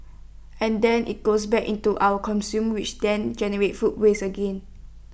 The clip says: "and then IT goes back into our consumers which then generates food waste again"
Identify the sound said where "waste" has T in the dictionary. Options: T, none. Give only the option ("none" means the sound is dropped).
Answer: none